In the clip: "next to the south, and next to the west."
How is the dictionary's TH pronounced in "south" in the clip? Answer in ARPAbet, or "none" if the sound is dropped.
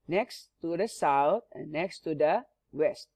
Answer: T